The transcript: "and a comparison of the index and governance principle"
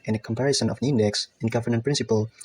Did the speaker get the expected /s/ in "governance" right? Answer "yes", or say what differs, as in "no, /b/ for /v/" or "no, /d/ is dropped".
no, /s/ is dropped